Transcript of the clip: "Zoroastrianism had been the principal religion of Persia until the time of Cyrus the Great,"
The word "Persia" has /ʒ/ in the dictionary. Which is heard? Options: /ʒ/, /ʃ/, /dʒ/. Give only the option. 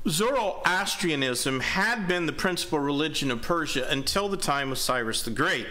/ʒ/